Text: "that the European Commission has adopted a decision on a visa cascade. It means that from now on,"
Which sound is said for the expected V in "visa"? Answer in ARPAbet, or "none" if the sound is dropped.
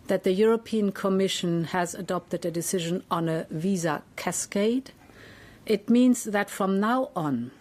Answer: V